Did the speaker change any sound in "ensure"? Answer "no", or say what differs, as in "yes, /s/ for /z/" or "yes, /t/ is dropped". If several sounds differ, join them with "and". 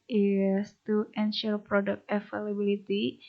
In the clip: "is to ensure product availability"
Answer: yes, /l/ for /ɹ/